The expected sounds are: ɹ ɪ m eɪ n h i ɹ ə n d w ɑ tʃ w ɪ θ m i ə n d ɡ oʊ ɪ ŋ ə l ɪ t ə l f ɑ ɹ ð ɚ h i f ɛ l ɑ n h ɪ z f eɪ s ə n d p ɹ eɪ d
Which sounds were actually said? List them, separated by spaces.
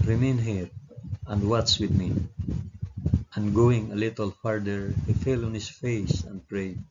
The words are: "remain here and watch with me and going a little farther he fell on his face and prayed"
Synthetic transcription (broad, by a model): ɹ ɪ m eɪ n h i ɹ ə n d w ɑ s w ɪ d m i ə n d ɡ oʊ ɪ ŋ ə l ɪ t ə l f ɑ ɹ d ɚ h i f ɛ l ɑ n h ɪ s f eɪ s ə n d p ɹ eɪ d